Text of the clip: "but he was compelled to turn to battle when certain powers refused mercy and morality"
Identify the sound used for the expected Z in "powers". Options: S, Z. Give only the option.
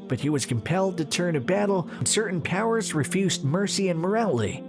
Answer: Z